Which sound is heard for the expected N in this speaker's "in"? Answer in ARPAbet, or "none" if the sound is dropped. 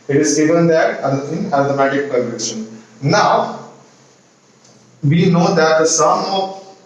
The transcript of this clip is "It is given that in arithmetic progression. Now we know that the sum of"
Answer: L